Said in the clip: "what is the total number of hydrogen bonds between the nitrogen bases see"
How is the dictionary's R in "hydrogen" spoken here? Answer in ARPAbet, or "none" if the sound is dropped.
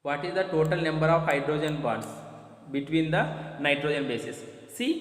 R